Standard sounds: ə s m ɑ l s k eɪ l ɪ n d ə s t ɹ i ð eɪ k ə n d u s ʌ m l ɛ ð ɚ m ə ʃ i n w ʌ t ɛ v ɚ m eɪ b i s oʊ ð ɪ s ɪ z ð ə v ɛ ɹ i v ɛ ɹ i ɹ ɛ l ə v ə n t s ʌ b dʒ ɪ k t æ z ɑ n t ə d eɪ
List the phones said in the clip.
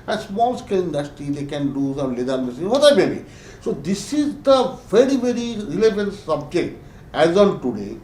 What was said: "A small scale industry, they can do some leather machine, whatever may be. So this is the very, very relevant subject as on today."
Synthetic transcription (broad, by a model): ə s m ɑ l s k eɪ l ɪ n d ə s t i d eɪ k ə n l u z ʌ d l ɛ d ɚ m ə s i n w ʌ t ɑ ɪ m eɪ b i s oʊ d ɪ s ɪ z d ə v ɛ ɹ i v ɛ ɹ i ɹ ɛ l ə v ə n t s ʌ b dʒ ɪ k t æ z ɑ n t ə d eɪ